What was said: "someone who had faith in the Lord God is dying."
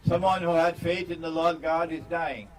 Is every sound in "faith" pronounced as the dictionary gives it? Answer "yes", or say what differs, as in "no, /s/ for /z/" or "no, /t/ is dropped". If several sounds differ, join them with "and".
yes